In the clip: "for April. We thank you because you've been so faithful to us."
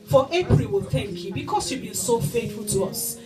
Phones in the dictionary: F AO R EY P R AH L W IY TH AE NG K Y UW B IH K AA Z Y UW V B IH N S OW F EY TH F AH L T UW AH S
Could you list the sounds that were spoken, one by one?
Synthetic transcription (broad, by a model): F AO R EY P R AH L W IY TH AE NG K Y UW B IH K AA S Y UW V B IH N S OW F EY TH F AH L T UW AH S